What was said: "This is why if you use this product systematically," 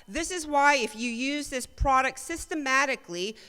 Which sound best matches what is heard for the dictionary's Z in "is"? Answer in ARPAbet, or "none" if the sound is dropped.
Z